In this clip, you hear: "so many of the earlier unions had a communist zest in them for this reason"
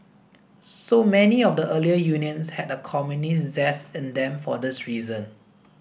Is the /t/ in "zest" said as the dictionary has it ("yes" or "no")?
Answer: no